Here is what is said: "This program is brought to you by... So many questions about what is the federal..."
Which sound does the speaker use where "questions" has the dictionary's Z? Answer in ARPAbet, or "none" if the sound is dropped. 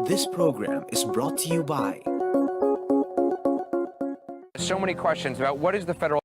Z